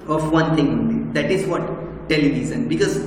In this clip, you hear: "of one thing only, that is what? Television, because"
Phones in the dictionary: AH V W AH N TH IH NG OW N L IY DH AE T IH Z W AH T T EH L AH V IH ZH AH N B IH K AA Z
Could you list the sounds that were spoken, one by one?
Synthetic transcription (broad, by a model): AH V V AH N T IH NG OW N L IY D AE T IH Z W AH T T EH L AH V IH Z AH N B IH K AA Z